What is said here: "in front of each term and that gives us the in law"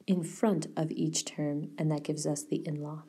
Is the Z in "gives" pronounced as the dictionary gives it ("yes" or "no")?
yes